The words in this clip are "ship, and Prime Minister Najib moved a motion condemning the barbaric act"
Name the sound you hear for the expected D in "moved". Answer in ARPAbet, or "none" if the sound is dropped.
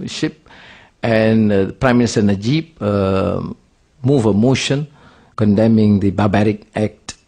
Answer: none